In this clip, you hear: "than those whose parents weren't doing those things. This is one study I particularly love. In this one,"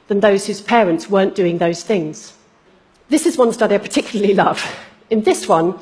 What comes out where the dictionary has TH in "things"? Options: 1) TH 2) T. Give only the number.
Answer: 1